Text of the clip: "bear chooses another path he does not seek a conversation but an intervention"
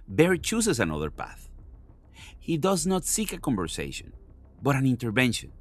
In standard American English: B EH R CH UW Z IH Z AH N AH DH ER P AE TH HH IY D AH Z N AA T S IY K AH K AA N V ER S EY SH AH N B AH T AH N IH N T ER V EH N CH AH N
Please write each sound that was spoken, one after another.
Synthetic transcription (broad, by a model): B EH R CH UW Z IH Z AH N AH DH ER P AE TH HH IY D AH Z N AA T S IY K AH K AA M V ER S EY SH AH N B AH T AH N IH N T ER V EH N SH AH N